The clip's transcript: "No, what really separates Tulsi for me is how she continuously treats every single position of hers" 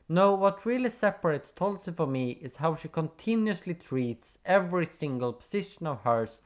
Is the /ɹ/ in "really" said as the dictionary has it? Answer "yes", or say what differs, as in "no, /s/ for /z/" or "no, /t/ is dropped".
yes